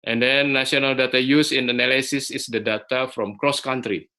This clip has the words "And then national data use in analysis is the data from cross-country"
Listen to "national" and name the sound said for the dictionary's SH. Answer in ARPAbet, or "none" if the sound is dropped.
none